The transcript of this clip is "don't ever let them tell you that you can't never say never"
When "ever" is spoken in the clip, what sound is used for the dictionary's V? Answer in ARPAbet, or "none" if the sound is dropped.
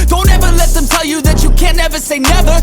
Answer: V